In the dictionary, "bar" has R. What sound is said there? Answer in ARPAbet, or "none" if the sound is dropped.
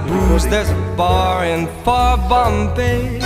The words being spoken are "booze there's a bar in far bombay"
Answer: R